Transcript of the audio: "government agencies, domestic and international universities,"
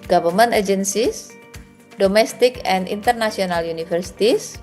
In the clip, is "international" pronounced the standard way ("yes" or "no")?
no